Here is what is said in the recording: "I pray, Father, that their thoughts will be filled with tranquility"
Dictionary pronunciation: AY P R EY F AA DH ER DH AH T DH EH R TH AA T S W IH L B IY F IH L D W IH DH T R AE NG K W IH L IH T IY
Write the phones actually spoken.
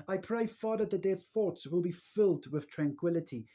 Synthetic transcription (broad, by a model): AY P R EY F AA DH ER DH AH T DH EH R TH AA T S W IH L B IY F IH L D W IH DH T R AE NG K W IH L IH T IY